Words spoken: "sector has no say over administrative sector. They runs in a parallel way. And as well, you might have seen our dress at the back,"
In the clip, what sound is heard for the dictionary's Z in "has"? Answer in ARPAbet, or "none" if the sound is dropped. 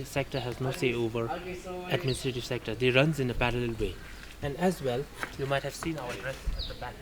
Z